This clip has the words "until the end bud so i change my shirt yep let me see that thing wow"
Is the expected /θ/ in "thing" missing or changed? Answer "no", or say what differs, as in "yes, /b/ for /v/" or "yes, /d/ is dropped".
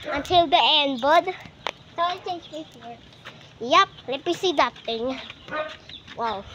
yes, /t/ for /θ/